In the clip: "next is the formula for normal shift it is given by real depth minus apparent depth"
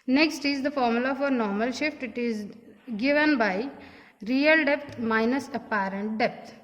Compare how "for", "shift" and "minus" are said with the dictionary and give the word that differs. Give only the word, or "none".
none